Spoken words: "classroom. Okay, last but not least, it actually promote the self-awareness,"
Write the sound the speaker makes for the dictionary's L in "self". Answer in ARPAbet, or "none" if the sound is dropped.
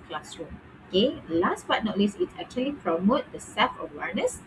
none